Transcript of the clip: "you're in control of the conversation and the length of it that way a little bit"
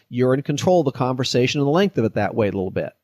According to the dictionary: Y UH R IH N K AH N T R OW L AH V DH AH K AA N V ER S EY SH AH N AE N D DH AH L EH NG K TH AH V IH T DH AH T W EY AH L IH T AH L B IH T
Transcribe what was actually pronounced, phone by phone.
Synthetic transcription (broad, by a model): Y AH R IH N K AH N T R OW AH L DH AH K AA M V ER S EY SH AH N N DH AH L EH NG K TH AH V IH T DH AH T W EY AH L IH T L B IH T